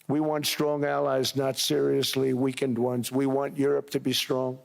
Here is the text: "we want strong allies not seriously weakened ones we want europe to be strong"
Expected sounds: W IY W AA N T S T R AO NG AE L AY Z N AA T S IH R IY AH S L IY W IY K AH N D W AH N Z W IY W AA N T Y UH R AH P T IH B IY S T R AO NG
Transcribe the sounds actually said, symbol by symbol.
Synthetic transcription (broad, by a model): W IY W AA N T S T R AO NG AE L AY Z N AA T S IH R IY AH S L IY W IY K AH N D W AH N Z W IY W AA N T Y UH R AH P T IH B IY S T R AO NG